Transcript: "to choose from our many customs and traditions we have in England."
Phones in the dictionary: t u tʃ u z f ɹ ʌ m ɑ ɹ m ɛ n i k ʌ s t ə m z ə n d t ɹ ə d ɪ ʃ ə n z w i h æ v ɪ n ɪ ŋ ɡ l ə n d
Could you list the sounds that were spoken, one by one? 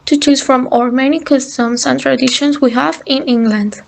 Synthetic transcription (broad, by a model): t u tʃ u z f ɹ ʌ m ɑ ɹ m ɛ n i k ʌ s t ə m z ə n t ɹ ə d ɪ ʃ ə n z w i h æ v ɪ n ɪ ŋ ɡ l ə n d